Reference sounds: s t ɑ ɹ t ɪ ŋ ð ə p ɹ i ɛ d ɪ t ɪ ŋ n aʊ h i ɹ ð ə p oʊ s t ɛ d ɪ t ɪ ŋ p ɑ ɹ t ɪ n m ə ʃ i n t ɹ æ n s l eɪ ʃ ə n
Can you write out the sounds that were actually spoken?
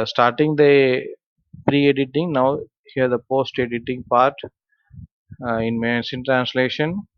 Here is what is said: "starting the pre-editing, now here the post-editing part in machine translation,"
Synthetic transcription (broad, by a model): s t ɑ ɹ t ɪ ŋ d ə p ɹ i ɛ d ɪ t ɪ ŋ n aʊ h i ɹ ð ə p oʊ s t ɛ d ɪ t ɪ ŋ p ɑ ɹ t ɪ n m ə s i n t ɹ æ n s l eɪ ʃ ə n